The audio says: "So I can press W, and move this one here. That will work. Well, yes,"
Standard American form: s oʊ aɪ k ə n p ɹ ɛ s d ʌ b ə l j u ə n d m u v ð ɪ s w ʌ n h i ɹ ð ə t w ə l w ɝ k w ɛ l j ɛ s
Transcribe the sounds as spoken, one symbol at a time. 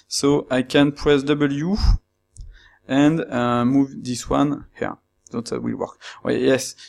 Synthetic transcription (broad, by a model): s oʊ aɪ k ə n p ɹ ɛ s d ʌ b ə l j u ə n d m u v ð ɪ s w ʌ n h i ɹ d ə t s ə w w ɝ k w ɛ j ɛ s